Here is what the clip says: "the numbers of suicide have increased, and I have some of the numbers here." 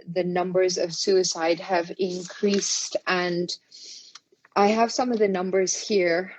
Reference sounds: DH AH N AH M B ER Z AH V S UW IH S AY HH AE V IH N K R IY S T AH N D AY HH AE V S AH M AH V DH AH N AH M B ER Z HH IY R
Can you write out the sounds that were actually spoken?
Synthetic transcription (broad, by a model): DH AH N AH M B ER Z AH V S UW IH S AY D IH V IH N K R IY S T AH N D AY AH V S AH M AH V DH AH N AH M B ER Z HH IY R